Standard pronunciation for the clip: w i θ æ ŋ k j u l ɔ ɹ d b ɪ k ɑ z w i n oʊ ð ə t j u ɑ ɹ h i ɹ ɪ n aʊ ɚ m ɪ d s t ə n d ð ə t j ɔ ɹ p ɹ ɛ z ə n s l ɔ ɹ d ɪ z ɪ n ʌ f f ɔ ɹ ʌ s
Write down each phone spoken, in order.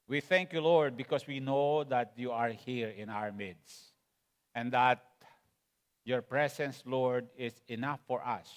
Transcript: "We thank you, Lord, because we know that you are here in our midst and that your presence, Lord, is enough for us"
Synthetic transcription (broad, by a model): w i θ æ ŋ k j u l ɔ ɹ d b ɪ k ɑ s w i n oʊ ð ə t j u ɑ ɹ h i ɹ ɪ n aʊ ɚ m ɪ d s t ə n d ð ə t j ɔ ɹ p ɹ ɛ s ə n s l ɔ ɹ d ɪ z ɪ n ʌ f f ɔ ɹ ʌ s